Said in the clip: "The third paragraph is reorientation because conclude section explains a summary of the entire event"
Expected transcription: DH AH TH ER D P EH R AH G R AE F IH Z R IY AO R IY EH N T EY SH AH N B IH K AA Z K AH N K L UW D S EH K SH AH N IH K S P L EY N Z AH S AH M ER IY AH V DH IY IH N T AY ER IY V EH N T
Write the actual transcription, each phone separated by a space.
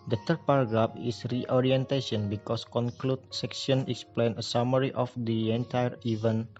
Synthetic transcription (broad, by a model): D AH T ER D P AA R G R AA P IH S R IY AO R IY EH N T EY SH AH N B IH K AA S K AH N K L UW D S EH K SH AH N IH K S P L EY N AH S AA M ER IY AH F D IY IH N T AY ER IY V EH N